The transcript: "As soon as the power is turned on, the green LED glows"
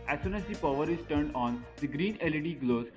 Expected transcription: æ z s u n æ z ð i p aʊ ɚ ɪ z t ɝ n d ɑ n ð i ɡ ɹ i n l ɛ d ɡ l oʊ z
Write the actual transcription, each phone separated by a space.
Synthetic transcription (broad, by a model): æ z s u n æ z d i p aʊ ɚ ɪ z t ɝ n d ɑ n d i ɡ ɹ i n l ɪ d ɡ l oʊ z